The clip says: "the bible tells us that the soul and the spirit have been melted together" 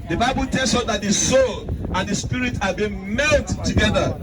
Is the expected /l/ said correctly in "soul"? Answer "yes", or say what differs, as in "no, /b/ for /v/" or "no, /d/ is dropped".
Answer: yes